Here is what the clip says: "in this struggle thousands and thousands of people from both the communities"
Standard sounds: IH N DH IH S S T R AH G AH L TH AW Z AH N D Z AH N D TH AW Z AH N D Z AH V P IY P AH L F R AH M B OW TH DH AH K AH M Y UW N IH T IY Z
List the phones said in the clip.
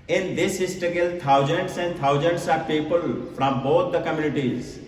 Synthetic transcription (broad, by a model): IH N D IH S S T AH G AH L T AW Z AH N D S AH N D T AW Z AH N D S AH P IY P AH L F R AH M B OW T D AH K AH M Y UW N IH T IY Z